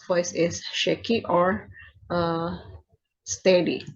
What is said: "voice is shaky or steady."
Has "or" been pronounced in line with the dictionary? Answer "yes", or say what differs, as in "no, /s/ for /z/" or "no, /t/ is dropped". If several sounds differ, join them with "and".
yes